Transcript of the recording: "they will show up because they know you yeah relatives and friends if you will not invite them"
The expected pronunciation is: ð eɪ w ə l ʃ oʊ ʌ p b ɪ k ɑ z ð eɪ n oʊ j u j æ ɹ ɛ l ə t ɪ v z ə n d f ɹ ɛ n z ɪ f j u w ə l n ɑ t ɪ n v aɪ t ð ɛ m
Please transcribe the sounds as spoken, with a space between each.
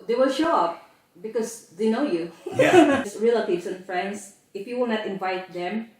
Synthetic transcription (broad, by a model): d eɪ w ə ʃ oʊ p b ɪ k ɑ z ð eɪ n oʊ j u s ɹ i l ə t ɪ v s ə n f ɹ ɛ n s ɪ f j u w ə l n ɑ t ɪ n v aɪ t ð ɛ m